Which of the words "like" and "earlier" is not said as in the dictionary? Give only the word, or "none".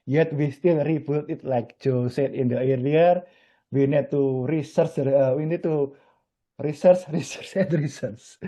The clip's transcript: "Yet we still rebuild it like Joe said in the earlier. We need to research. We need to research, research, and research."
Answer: earlier